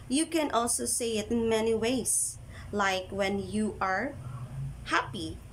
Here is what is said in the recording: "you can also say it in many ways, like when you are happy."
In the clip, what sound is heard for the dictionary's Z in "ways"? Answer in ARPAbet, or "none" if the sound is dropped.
S